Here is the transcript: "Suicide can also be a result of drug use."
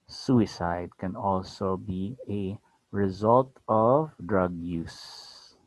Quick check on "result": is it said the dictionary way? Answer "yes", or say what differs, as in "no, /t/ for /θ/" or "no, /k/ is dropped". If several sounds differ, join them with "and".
yes